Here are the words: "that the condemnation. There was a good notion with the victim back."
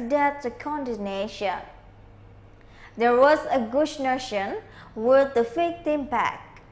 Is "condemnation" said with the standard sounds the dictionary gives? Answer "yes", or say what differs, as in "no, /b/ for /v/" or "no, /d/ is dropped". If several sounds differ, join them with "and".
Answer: no, /m/ is dropped